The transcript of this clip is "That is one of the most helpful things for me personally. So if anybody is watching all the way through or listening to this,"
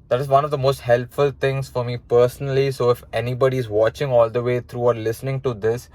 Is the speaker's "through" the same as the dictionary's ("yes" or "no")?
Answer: no